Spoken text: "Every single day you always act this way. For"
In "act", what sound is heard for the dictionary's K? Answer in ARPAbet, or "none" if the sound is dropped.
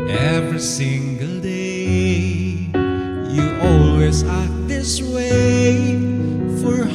none